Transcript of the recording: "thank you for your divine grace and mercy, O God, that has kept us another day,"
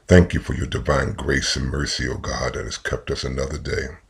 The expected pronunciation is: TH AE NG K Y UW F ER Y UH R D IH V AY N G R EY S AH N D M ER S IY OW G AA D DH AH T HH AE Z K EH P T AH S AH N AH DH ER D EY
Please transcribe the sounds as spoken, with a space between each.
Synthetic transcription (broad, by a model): TH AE NG K Y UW F ER Y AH R D IH V AY N G R EY S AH N M ER S IY OW G AA D DH AH T HH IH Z K EH P T AH S AH N AH DH ER D EY